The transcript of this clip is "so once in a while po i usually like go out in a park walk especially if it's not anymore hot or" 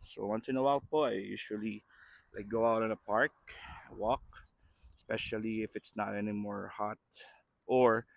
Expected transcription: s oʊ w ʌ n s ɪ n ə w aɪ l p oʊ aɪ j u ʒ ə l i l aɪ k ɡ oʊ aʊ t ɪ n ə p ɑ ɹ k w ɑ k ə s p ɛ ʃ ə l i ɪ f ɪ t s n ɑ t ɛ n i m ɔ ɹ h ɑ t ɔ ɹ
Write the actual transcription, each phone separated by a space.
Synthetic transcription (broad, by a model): s oʊ w ʌ n s ɪ n ə w aɪ l p oʊ aɪ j u ʃ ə l i l aɪ k ɡ oʊ aʊ t ɪ n ə p ɑ ɹ k w ɑ k s p ɛ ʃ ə l i ɪ f ɪ t s n ɑ t ɛ n i m ɔ ɹ h ɑ t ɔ ɹ